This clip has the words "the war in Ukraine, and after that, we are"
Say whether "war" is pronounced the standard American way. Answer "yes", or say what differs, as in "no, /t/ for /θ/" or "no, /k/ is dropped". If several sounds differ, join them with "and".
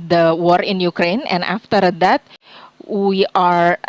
yes